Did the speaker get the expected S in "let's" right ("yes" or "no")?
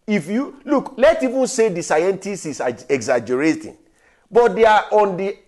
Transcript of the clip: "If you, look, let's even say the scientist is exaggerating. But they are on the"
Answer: no